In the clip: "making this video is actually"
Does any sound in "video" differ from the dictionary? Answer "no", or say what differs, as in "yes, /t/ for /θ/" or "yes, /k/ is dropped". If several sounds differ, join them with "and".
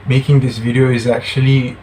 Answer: no